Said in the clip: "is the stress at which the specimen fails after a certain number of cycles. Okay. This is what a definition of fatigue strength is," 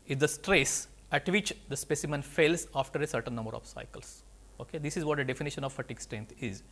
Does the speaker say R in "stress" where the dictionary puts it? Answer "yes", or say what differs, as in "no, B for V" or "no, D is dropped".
yes